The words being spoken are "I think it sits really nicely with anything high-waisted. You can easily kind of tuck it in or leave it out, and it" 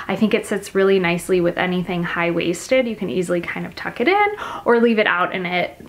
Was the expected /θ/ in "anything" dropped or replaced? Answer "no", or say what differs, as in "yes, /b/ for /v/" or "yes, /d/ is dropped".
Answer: no